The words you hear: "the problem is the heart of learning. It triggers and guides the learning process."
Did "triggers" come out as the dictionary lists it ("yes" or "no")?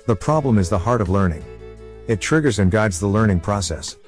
yes